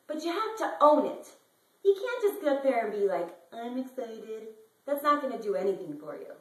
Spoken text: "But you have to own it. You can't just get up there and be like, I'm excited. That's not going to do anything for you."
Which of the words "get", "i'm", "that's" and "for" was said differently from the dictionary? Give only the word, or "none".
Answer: get